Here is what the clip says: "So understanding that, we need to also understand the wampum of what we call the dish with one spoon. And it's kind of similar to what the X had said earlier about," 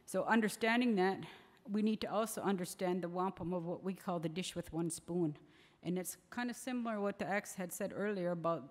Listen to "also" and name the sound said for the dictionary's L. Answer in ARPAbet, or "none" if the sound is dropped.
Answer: L